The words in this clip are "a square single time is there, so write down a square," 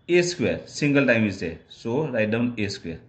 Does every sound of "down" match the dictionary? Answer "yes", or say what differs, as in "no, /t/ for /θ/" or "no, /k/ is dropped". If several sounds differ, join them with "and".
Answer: yes